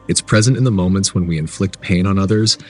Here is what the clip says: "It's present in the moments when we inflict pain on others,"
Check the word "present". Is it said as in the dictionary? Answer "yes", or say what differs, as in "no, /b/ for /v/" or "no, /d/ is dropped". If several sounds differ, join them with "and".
yes